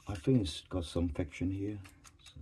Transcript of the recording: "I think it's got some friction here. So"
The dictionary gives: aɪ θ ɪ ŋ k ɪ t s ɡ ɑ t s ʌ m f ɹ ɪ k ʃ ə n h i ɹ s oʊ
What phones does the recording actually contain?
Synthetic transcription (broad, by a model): aɪ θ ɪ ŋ ɪ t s ɡ ɑ t s ʌ m f ɪ k ʃ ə n h i ɹ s